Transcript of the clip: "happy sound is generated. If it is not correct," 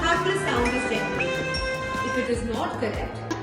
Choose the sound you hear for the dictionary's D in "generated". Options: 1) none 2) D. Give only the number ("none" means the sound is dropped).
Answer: 1